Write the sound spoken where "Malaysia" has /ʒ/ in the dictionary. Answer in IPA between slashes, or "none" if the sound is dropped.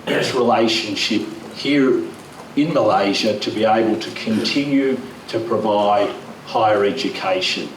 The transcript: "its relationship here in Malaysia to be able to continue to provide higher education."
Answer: /ʒ/